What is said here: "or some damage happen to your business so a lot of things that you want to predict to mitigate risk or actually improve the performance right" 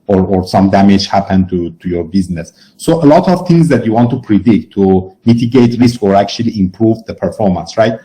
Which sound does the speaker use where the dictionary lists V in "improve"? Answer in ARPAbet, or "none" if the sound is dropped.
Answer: V